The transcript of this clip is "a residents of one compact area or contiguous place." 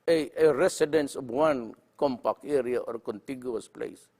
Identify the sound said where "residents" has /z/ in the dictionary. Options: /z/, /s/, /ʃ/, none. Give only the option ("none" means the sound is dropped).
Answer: /s/